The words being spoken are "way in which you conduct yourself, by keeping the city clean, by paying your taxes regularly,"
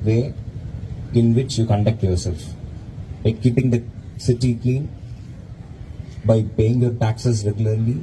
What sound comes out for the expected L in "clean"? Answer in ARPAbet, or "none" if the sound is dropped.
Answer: none